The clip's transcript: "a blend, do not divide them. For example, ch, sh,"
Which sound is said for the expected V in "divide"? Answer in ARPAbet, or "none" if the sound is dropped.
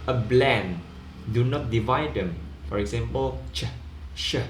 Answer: V